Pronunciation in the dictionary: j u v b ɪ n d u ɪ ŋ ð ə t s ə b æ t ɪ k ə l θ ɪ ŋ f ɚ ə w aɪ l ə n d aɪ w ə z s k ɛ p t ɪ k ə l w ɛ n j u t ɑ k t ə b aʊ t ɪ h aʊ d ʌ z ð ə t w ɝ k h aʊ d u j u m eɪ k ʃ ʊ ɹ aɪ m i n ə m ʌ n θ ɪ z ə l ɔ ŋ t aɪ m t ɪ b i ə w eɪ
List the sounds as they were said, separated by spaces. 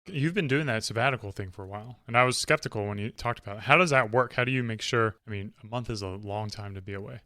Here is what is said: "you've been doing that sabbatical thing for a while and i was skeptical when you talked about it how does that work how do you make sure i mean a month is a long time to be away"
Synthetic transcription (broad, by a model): j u v b ɪ n d u ɪ ŋ ð ə t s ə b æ t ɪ k l θ ɪ ŋ f ɚ ə w aɪ l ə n aɪ w ə z s k ɛ p t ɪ k l w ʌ n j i t ɑ k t ə b aʊ t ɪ h aʊ d ʌ z ð ə t w ɝ k h aʊ d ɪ j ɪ m eɪ k ʃ ʊ ɹ aɪ m i n ə m ʌ n θ ɪ z ə l ɔ ŋ t aɪ m t ɪ b i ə w eɪ